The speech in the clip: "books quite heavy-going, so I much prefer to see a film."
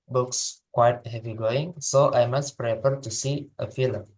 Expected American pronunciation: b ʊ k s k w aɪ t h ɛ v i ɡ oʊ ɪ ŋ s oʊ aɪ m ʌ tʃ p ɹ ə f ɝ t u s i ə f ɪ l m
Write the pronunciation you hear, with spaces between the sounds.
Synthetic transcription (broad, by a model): b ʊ k s k w aɪ t h ɛ v i ɡ oʊ ɪ ŋ s oʊ aɪ m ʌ s p ɹ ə p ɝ t u s i ə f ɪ l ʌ